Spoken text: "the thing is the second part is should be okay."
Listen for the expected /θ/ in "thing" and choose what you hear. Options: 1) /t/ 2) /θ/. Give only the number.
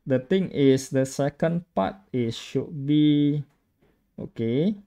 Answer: 1